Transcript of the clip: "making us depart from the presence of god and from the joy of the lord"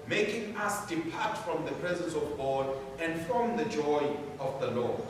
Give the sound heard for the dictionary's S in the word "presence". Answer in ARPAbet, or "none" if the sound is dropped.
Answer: S